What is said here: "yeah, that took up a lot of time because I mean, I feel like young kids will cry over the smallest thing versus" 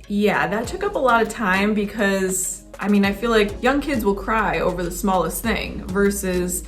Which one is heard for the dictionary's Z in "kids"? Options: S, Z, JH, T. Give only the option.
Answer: Z